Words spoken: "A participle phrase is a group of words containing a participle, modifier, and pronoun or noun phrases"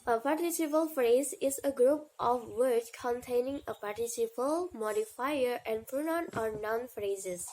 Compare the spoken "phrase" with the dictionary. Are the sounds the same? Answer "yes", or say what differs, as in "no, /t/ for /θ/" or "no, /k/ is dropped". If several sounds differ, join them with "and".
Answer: yes